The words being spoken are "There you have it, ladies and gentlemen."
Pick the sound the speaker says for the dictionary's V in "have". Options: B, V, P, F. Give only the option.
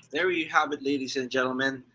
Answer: B